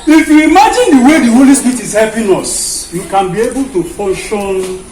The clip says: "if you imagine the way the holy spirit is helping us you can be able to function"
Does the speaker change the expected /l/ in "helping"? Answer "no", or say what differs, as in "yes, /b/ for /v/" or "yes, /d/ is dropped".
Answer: yes, /l/ is dropped